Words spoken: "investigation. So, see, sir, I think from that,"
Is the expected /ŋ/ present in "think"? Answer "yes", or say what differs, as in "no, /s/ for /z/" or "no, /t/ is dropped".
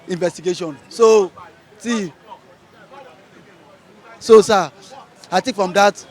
no, /ŋ/ is dropped